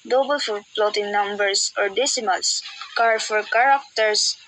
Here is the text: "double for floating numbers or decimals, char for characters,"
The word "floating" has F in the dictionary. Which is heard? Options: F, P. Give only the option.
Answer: P